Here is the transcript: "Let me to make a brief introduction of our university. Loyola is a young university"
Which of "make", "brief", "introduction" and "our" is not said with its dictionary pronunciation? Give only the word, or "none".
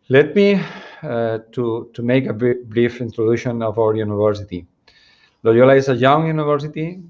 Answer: introduction